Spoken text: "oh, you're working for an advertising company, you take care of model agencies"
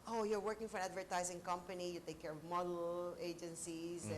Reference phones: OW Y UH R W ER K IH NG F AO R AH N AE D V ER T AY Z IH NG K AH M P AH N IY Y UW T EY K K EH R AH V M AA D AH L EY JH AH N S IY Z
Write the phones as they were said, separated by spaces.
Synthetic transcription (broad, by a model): OW Y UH R W ER K IH NG F AO R AH N AE D V ER T AY Z IH NG K AH M P AH N IY Y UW T EY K K EH R AH V M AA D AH L EY JH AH N S IY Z